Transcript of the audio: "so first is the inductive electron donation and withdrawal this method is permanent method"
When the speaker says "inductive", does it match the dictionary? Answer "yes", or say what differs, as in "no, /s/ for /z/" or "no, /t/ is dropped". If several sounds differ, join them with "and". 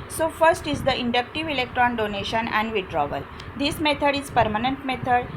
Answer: yes